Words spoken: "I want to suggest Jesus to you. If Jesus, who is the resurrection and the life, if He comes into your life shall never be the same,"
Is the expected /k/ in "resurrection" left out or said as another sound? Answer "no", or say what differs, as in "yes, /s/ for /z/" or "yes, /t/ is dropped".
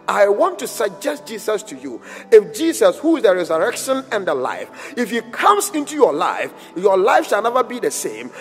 no